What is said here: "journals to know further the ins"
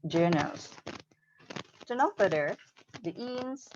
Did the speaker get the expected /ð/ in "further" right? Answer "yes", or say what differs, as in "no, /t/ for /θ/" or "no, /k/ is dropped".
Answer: no, /ð/ is dropped